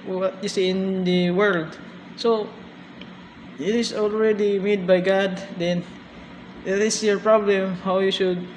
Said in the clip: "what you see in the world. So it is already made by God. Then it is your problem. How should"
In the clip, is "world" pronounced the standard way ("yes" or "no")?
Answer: yes